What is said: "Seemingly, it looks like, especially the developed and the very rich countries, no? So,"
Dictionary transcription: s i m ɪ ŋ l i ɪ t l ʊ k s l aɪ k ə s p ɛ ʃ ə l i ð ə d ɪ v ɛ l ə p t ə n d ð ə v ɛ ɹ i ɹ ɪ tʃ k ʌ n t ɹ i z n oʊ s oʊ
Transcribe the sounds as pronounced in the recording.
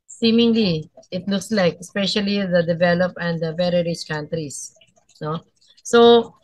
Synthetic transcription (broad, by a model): s i m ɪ ŋ l i ɪ t l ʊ k s l aɪ k ə s p ɛ ʃ ə l i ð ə d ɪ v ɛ l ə p ə n d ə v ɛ ɹ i ɹ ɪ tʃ k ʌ n t ɹ i s n oʊ s oʊ